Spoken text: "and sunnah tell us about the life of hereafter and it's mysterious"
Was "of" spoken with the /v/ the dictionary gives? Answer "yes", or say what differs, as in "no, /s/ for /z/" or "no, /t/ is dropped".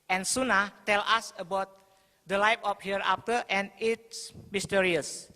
no, /p/ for /v/